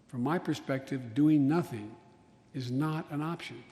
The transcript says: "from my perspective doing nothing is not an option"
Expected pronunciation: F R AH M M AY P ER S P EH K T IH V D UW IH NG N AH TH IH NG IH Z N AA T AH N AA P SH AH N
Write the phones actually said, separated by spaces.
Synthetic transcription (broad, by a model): F R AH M M AY P ER S P EH K T IH V D UW IH NG N AH TH IH NG IH Z N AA T AH N AA P SH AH N